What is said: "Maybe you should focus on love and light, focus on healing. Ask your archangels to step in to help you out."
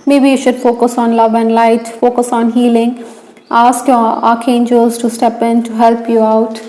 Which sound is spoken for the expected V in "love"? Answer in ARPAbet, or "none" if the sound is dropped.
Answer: V